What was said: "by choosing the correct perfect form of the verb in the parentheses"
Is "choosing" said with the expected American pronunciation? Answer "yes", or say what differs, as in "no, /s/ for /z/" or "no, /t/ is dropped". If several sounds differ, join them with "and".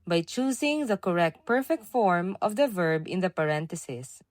no, /s/ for /z/